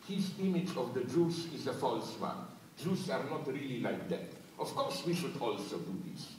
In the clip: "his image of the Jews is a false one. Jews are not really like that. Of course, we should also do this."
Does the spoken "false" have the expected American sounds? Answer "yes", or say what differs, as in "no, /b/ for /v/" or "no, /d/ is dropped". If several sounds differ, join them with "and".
yes